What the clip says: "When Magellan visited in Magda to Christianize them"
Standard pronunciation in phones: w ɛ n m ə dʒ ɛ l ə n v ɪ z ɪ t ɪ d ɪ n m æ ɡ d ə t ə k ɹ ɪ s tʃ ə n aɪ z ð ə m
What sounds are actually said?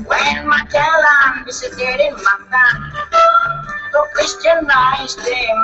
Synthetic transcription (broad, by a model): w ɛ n m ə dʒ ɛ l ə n b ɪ s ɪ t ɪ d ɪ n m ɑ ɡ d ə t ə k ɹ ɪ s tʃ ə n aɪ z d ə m